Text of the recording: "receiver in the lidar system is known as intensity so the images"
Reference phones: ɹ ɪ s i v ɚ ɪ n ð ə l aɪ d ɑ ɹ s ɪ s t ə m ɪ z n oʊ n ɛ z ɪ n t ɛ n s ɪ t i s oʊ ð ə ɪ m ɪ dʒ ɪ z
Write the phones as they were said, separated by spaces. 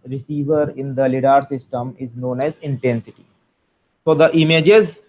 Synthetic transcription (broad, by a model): ɹ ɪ s i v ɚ ɪ n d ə l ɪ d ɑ ɹ s ɪ s t ə m ɪ z n oʊ n ɛ z ɪ n t ɛ n s ɪ t i s oʊ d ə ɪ m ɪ dʒ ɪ z